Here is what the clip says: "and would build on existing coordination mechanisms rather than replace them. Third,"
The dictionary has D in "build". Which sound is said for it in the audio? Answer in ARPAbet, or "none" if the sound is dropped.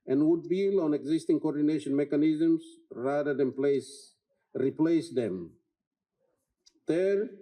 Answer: none